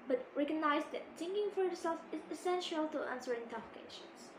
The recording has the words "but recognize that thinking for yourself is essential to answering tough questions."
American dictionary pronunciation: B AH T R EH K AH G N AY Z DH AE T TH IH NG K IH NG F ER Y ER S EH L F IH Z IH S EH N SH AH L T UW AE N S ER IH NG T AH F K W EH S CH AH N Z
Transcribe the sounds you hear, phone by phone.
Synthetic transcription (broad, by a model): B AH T R EH K AH G N AY Z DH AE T S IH NG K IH NG F ER Y ER S EH L F IH Z IH S EH N SH AH L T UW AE N S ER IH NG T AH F K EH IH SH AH N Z